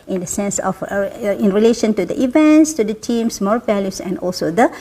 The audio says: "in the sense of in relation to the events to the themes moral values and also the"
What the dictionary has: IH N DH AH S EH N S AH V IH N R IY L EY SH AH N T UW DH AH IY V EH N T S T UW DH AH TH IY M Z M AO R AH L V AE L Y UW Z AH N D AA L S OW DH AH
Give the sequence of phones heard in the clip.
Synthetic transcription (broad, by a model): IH N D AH S EH N S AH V IH N R IY L EY SH AH N T UW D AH IY V EH N T S T UW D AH T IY M S M AO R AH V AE L Y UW S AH N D AA L S OW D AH